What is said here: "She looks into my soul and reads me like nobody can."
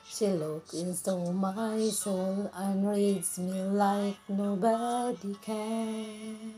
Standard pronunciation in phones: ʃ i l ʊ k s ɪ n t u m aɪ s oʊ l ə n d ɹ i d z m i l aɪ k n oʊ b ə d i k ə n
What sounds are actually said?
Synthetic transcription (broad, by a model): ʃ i l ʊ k ɪ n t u m aɪ s oʊ l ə n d ɹ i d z m i l aɪ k n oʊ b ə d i k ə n